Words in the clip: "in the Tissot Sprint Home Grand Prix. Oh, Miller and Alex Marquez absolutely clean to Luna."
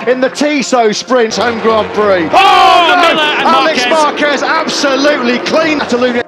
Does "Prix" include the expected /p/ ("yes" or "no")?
no